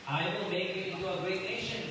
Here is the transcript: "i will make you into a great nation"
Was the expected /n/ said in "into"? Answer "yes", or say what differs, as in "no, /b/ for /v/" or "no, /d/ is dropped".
no, /n/ is dropped